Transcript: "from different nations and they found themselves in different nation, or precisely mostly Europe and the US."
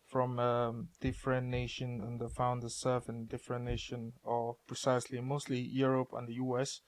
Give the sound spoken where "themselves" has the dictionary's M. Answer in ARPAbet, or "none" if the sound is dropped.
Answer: none